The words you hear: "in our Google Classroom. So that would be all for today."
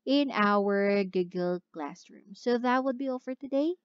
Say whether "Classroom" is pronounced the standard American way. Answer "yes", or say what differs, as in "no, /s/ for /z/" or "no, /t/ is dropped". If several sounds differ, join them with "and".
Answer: yes